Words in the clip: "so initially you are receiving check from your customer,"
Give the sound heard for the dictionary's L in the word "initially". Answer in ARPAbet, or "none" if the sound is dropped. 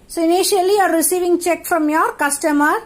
none